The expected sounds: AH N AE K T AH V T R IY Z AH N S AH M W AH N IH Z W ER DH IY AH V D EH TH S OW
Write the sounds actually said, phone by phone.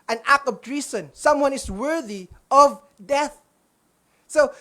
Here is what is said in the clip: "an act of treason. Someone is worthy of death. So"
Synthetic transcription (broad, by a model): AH N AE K AH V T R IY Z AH N S AH M W AH N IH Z W ER DH IY AH V D EH TH S OW